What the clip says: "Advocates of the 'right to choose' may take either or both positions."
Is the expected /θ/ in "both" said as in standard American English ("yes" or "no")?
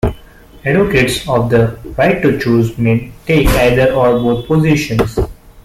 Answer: no